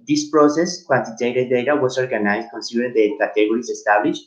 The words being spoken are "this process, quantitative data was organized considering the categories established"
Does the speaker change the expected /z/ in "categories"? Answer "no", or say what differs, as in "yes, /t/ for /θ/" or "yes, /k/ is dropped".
yes, /s/ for /z/